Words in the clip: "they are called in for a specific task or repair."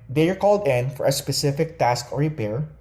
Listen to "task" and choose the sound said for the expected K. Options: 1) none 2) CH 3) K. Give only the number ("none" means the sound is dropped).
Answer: 3